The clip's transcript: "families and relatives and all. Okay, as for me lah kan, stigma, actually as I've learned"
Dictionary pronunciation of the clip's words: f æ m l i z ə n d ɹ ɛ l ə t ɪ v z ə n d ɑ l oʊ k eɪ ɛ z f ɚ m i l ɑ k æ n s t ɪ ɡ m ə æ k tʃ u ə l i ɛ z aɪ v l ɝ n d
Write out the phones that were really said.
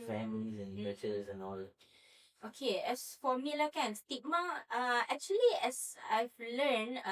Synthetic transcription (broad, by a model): f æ m l i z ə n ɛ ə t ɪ z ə n ɑ l oʊ k eɪ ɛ s f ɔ m i l ɑ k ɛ n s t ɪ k m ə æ k tʃ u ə l i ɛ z aɪ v l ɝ n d